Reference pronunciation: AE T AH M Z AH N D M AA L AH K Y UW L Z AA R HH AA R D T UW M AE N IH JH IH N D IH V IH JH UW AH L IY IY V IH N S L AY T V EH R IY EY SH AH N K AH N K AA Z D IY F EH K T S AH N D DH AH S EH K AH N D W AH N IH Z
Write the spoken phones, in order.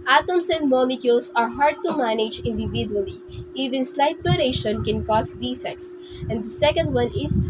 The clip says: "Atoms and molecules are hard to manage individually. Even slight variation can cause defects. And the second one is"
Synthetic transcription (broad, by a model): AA T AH M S AH N D M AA L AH K Y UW L S AA R HH AA R D T UW M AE N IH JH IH N D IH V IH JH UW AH L IY IY V IH N S L AY T P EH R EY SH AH N K AH N K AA S D IY F EH K T S AH N D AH S EH K AH N D W AH N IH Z